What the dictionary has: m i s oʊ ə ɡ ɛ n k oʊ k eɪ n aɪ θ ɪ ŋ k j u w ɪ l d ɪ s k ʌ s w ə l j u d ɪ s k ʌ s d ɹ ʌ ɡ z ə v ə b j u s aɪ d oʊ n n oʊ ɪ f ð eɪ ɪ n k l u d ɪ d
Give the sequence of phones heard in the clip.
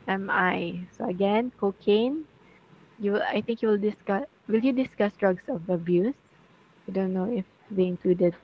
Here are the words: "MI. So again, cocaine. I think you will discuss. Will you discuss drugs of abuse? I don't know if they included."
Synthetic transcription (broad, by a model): m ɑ s oʊ ə ɡ ɛ n k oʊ k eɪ n aɪ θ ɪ ŋ k j u w ɪ l d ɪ s k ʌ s w ə l j u d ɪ s k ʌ s d ɹ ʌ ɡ s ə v ə b j u s aɪ d oʊ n n oʊ ɪ f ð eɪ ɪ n k l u d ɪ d